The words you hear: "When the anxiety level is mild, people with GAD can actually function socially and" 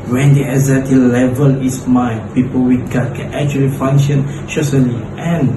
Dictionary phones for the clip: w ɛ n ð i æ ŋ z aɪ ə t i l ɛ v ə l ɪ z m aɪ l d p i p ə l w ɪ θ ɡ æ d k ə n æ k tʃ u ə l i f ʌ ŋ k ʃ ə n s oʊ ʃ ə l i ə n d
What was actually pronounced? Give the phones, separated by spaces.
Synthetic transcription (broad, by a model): w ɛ n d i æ z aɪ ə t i l ɛ v ə l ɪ s m aɪ p i p ə l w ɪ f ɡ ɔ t k ə n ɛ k tʃ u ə l i f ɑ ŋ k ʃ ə n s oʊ s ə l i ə n